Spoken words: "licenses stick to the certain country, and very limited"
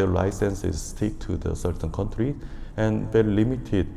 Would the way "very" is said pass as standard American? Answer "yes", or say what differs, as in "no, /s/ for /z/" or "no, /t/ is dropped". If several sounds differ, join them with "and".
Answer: no, /l/ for /ɹ/